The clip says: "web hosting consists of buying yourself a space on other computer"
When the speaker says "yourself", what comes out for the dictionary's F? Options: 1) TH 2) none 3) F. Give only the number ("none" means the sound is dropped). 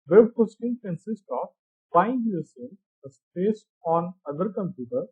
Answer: 2